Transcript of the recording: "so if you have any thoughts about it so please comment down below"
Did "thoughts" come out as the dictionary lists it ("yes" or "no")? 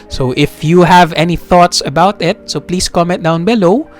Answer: yes